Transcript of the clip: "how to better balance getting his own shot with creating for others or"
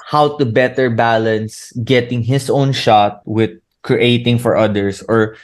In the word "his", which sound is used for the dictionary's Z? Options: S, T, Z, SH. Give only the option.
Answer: S